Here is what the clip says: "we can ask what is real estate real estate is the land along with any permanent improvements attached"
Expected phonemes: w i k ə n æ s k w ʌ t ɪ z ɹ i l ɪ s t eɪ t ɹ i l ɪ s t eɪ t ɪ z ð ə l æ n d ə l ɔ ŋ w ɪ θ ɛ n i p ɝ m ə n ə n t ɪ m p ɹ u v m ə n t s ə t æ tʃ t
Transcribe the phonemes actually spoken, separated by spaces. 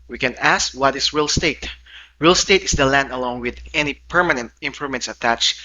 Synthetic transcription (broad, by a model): w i k ə n æ s k w ʌ t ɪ s ɹ i l s t eɪ t ɹ i l s t eɪ t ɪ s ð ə l æ n d ə l ɔ ŋ w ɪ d ɛ n i p ɝ m ə n ə n t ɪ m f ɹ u m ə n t s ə t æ tʃ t